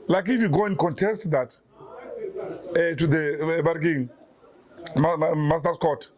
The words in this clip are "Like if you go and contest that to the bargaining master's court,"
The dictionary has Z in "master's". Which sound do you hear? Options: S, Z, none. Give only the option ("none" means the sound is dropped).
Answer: S